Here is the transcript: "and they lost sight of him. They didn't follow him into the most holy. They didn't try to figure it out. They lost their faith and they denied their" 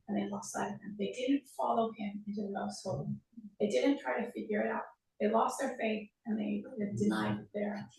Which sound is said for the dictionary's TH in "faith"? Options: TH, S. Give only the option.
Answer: TH